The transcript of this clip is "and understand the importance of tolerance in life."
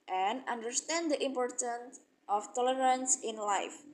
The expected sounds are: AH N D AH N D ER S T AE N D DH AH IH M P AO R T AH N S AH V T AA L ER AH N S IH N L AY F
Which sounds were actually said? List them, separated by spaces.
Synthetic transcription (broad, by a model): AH N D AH N D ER S T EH N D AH IH M P AO R T AH N S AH F T AA L ER AH N S IH N L AY F